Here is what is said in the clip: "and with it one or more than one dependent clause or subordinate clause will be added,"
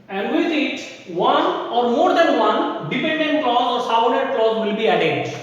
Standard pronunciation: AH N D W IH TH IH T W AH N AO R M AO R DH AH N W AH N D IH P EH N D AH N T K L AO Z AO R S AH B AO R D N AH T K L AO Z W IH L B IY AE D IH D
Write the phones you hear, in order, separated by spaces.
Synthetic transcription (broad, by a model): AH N D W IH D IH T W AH N AO R M AO R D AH N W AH N D IH P EH N D AH N T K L AO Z AO R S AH UH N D AH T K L AO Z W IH L B IY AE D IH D